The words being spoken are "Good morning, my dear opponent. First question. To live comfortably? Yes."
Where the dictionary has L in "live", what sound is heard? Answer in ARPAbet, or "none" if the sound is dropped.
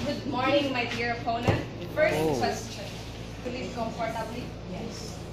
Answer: W